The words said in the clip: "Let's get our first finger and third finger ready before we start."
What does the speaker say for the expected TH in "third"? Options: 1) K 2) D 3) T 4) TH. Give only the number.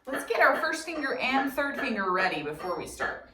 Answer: 4